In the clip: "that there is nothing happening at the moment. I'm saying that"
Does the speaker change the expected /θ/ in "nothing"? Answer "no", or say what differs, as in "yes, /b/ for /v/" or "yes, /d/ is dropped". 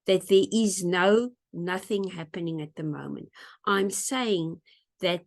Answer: no